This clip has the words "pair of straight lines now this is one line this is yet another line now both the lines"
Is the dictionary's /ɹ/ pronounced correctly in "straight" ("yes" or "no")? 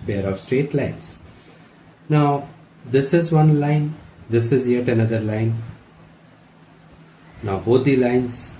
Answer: yes